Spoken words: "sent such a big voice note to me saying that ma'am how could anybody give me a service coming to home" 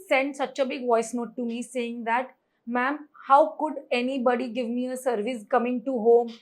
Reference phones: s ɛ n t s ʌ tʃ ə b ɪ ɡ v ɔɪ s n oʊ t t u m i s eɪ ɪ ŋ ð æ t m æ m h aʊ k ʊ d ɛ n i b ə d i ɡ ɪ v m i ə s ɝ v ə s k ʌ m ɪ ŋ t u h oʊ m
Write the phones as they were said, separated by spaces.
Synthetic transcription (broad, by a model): s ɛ n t s ʌ tʃ ə b ɪ ɡ v ɔɪ s n oʊ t t u m i s eɪ ɪ ŋ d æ t m æ m h aʊ k ʊ d ɛ n i b ə d i ɡ ɪ v m i ə s ɝ v ə s k ʌ m ɪ ŋ t u h oʊ m